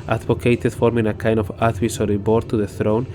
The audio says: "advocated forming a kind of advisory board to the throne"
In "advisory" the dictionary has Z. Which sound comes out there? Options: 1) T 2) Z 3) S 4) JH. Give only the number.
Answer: 3